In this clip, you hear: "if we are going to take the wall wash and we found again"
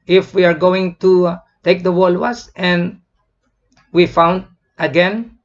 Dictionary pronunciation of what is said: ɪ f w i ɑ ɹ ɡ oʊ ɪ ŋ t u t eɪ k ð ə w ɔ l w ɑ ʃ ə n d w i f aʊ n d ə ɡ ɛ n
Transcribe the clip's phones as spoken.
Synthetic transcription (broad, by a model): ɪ f w i ɑ ɹ ɡ oʊ ɪ ŋ t u t eɪ k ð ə w ɔ l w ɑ s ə n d w i f aʊ n d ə ɡ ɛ n